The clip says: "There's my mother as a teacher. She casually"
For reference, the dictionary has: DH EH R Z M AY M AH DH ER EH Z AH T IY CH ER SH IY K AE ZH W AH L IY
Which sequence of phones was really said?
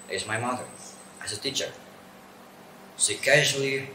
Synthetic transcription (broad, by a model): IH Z M AY M AH DH ER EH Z AH T IY CH ER S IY K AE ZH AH L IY